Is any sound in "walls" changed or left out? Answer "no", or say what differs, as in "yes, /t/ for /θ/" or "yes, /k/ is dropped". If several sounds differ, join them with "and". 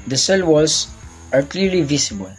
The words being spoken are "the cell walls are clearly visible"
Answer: yes, /l/ is dropped